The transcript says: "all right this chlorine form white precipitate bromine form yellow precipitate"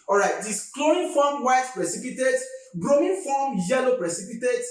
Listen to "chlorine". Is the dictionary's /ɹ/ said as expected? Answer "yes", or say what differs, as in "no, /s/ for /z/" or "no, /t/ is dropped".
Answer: no, /ɹ/ is dropped